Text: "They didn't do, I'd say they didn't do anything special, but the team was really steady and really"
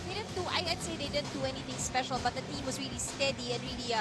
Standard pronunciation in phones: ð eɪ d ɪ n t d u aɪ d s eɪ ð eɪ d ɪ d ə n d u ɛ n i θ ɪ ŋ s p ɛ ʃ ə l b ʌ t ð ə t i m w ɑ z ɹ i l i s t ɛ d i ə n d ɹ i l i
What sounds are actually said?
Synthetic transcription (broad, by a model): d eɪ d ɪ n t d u aɪ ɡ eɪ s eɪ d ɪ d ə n d u ɛ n i t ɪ ŋ s p ɛ ʃ ə l b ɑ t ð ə t i m w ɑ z ɹ i l i s t ɛ d i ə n ɹ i l i